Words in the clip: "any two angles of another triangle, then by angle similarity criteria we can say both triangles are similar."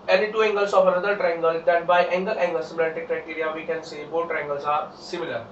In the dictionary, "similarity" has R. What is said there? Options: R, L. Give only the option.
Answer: L